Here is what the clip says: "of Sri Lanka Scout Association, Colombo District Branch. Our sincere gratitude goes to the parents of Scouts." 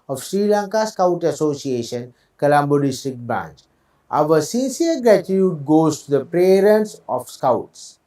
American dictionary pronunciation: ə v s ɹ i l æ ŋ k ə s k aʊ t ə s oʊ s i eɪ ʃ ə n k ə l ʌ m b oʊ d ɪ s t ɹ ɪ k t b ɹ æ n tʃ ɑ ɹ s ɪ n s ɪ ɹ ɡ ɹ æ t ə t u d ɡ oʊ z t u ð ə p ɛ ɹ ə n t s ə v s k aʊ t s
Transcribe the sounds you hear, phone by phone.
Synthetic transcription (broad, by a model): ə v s ɹ i l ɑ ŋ k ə s k aʊ t ə s oʊ s i eɪ ʃ ə n k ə l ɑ m b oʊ d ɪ s t ɹ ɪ k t b ɹ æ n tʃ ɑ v s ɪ n s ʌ ɹ ɡ ɹ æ t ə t u d ɡ oʊ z t u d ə p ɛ ɹ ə n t s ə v s k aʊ t s